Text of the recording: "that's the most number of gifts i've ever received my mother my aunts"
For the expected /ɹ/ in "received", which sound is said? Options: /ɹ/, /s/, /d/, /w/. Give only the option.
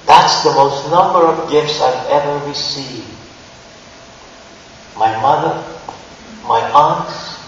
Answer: /w/